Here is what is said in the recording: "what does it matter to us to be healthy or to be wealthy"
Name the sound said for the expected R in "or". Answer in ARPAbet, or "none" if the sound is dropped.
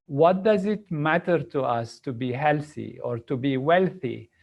R